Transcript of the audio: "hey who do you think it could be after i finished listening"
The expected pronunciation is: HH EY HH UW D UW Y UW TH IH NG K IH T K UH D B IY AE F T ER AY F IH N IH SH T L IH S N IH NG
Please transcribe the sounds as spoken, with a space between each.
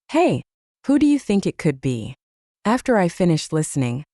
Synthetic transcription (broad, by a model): HH EY HH UW D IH Y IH TH IH NG K IH T K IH D B IY AE F T ER AY F IH N IH SH T L IH S N IH NG